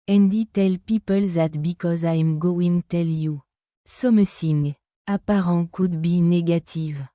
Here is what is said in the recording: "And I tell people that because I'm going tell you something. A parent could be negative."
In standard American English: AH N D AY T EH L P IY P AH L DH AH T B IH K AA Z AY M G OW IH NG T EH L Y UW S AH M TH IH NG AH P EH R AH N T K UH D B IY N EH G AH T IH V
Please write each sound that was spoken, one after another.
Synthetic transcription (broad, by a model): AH N D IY T EH L P IY P AH L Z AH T B IH K AA Z AY M G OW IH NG T EH L Y UW S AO M S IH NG AH P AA R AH K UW D B IY N EH G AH T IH V